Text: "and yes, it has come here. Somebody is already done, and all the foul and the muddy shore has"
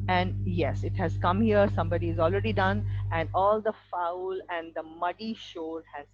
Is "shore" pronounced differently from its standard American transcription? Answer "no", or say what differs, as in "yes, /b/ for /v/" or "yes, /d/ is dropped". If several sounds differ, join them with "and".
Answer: yes, /l/ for /ɹ/